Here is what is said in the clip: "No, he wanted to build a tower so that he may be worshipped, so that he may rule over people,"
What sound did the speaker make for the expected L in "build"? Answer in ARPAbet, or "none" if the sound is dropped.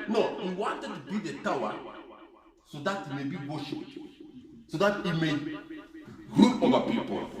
none